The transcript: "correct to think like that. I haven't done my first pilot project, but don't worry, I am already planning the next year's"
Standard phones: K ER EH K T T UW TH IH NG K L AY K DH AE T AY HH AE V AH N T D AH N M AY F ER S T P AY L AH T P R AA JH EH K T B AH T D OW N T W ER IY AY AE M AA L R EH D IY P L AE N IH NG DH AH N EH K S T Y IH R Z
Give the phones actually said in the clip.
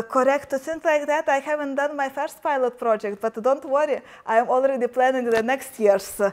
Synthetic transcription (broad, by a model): K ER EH K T T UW S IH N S L AY K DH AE T AY HH AE V AH N T D AH N M AY F ER S T P AY L AH T P R AA JH EH K T B AH T D OW N T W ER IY AY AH M AA L R EH D IY P L AE N IH NG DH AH N EH K S T Y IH R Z